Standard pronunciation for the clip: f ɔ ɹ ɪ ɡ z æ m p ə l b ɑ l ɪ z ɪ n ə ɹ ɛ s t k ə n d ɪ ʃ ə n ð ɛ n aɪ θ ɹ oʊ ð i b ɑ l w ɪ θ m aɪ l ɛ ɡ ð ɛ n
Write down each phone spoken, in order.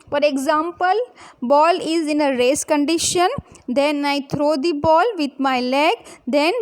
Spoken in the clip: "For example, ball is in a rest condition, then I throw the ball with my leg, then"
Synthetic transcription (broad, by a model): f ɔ ɹ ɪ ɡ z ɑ m p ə l b ɑ l ɪ z ɪ n ə ɹ ɛ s k ə n d ɪ ʃ ə n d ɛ n aɪ t ɹ oʊ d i b ɑ l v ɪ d m aɪ l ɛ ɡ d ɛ n